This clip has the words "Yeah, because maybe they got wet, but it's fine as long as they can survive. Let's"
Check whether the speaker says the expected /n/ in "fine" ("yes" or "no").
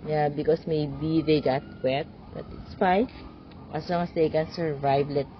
no